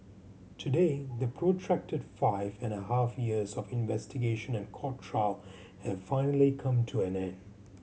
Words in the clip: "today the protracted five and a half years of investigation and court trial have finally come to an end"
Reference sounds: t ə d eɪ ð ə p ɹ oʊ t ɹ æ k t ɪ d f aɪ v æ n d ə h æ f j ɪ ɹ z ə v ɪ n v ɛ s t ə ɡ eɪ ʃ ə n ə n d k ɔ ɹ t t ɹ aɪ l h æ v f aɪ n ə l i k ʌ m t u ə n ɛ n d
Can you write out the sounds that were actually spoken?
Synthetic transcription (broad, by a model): t ə d eɪ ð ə p ɹ oʊ t ɹ æ k t ɪ d f aɪ v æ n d ə h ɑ f j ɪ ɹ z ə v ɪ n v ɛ s t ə ɡ eɪ ʃ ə n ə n k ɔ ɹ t t ɹ aɪ l h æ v f aɪ n ə l i k ʌ m t u ə n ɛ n